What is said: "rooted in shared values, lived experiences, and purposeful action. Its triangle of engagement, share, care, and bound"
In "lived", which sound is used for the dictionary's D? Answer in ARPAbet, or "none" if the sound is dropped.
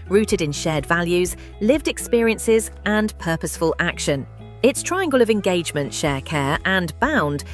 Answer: D